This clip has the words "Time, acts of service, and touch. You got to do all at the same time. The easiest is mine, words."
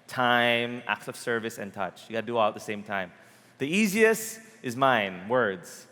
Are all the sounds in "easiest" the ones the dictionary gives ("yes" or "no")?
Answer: yes